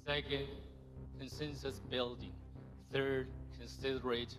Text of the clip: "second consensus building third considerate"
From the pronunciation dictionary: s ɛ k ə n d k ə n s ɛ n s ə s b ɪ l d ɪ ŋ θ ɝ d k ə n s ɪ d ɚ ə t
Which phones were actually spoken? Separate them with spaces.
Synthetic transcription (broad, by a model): s ɛ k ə n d k ə n s ɛ n s ə s b ɪ l d ɪ ŋ θ ɝ d k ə n s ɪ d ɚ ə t